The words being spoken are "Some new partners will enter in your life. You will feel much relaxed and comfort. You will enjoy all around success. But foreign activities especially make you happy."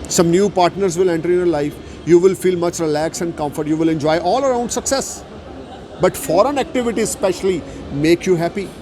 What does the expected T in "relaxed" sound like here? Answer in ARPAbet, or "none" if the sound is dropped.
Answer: none